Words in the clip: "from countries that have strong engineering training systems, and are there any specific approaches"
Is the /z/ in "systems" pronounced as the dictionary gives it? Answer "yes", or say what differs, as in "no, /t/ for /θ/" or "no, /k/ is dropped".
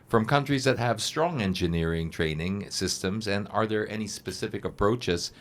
yes